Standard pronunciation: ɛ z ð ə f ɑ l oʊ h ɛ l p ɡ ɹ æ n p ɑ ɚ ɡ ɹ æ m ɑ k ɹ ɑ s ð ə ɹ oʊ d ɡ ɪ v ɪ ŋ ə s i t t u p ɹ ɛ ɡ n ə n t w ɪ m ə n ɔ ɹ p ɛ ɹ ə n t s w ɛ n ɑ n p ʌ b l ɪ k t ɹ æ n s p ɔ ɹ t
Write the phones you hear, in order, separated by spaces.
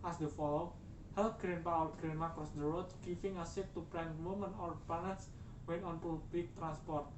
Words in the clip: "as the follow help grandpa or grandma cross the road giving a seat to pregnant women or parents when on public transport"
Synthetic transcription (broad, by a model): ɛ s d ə f ɑ l oʊ h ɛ l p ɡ ɹ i n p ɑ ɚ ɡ ɹ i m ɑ k ɹ ɑ s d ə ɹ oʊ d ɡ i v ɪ ŋ ə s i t t u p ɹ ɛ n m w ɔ m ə n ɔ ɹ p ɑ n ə t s w ɛ n ɑ n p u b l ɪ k t ɹ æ n s p ɔ ɹ t